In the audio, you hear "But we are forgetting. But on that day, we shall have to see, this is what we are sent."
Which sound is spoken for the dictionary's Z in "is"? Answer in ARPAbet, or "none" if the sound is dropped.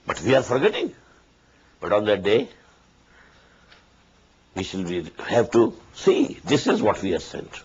Z